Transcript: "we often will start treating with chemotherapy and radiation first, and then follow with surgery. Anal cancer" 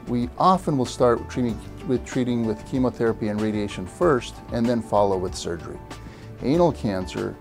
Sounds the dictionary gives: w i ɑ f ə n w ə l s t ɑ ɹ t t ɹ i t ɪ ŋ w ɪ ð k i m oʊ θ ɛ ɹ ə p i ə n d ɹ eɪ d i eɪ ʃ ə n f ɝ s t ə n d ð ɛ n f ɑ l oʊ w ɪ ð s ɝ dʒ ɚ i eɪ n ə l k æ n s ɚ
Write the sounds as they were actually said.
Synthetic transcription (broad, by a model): w i ɑ f ə n w ə l s t ɑ ɹ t t ɹ i t ɪ ŋ w ɪ ð k i m oʊ θ ɛ ɹ ə p i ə n ɹ eɪ d i eɪ ʃ ə n f ɝ s t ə n ð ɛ n f ɑ l oʊ w ɪ ð s ɝ dʒ ɚ i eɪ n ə l k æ n s ɚ